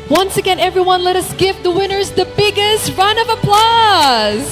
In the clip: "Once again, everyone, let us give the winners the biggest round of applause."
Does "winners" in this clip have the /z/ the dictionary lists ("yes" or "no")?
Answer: yes